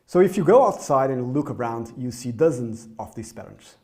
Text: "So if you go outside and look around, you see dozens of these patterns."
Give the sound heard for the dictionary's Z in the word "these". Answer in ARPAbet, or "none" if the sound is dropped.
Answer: S